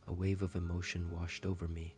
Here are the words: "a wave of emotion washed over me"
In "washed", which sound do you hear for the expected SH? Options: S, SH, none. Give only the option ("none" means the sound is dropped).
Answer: SH